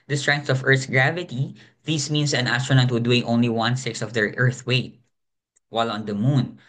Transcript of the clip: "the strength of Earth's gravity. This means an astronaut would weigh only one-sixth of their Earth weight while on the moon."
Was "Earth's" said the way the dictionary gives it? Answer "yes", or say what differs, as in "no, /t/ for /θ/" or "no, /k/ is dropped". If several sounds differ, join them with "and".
no, /s/ is dropped